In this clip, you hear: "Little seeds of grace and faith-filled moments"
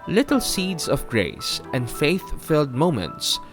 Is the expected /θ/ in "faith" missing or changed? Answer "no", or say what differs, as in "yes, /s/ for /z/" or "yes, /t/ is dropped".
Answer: no